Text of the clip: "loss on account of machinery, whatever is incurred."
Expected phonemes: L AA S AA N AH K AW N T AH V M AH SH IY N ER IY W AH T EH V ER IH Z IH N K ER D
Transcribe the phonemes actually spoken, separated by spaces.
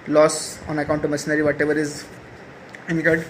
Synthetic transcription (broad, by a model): L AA S AA N AH K AW N T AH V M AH S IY N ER IY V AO T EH V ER IH Z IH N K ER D